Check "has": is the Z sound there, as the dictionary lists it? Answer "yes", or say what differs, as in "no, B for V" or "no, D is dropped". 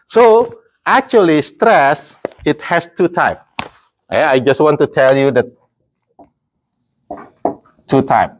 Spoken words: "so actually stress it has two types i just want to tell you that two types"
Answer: no, S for Z